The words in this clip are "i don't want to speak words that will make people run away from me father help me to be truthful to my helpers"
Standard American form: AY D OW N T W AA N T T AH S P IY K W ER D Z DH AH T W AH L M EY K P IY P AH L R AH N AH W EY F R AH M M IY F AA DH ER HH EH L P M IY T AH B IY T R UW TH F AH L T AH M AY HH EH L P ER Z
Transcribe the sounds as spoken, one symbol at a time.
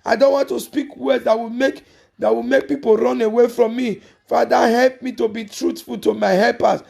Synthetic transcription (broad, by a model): AY D OW N T W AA N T T AH S P IY K W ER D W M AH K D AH W M EY K P IY P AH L R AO N AH W EY F R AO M M IY F AA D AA HH EH L P M IY T AH B IY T R UW T F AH L T AH M AY HH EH L P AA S